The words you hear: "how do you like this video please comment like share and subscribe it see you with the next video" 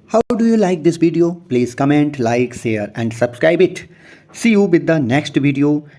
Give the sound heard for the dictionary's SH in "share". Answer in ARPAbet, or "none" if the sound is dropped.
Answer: S